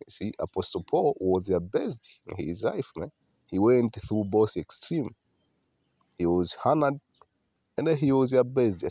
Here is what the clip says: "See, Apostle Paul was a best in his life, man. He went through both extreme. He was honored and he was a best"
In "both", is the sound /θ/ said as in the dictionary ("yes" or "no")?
no